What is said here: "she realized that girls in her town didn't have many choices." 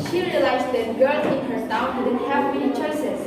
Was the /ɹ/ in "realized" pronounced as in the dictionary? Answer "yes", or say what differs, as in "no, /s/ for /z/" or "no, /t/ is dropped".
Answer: yes